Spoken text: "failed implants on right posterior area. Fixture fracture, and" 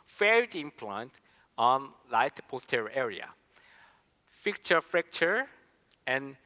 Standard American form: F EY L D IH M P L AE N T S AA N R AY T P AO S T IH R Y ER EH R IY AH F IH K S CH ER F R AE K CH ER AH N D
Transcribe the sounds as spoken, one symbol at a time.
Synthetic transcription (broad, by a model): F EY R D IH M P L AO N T AA N L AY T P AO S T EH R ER EH R IY AH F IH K CH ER F R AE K CH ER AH N